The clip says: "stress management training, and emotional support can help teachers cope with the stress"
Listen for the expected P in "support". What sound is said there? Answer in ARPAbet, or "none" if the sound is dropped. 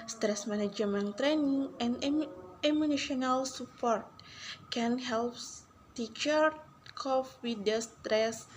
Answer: P